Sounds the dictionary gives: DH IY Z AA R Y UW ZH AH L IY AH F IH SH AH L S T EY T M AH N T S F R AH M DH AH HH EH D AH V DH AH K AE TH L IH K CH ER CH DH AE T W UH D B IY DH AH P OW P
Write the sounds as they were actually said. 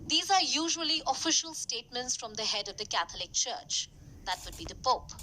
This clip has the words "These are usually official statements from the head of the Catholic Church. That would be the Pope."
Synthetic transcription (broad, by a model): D IY Z AA R Y UW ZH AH L IY AH F IH SH AH L S T EY T M AH N T S F R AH M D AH HH EH D AH V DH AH K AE T L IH K CH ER CH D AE T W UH D B IY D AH P OW P